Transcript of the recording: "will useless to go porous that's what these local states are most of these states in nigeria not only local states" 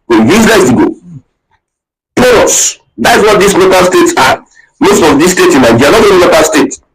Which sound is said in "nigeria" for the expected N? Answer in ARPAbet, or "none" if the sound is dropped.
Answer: L